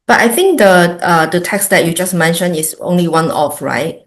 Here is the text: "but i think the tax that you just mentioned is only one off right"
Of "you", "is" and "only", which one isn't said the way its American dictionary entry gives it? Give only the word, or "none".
is